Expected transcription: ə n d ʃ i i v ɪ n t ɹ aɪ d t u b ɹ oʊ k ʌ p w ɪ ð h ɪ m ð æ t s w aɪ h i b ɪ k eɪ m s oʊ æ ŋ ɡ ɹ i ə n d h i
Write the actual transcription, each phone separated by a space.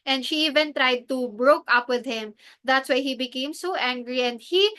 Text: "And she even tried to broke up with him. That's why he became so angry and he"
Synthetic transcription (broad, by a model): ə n d ʃ i i v ɪ n t ɹ aɪ d t u b ɹ oʊ k ʌ p w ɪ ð h ɪ m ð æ t s w aɪ h i b ɪ k eɪ m s oʊ æ ŋ ɡ ɹ i ə n d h i